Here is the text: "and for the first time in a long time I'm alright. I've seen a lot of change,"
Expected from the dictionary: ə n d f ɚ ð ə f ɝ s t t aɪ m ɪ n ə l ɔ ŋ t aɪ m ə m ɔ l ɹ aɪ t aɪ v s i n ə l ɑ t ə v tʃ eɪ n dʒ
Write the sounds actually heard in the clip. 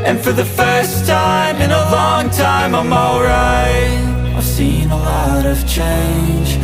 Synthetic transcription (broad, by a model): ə n f ɚ ð ə f ɝ s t t aɪ m ɪ n ə l ɔ ŋ t aɪ m ə m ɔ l ɹ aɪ aɪ v s i n ə l ɑ t ə v tʃ eɪ n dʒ